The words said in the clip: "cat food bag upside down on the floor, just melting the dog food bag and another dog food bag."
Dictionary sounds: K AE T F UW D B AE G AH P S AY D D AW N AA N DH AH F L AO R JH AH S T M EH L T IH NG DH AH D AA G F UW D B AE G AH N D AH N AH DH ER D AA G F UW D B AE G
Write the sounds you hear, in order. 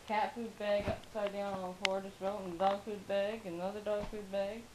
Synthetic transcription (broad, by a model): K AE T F UW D B AE G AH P S AY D D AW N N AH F AO R JH AH S T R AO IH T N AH D AA G F UW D B AE G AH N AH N AH DH ER D AA G F UW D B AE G